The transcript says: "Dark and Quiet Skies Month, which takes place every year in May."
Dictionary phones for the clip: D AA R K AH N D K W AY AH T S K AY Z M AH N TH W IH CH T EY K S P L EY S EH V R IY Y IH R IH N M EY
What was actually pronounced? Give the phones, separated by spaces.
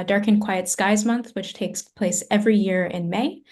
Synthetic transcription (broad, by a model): D AA R K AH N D K W AY AH T S K AY Z M AH N TH W IH CH T EY K S P L EY S EH V R IY Y IH R IH N M EY